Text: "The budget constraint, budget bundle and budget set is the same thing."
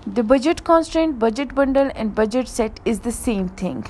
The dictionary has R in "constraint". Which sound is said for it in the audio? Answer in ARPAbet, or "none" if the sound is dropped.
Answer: R